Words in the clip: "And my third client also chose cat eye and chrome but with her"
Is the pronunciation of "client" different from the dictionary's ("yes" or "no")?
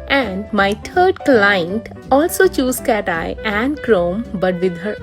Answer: no